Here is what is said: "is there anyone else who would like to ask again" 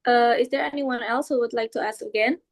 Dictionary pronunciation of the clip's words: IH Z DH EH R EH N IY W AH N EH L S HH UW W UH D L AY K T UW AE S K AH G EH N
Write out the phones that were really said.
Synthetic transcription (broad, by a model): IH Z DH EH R EH N IY W AH N EH L S HH UW W UH D L AY K T UW AE S K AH G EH N